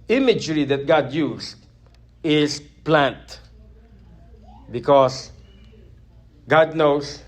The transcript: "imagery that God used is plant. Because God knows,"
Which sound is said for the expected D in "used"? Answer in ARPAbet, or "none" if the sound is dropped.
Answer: none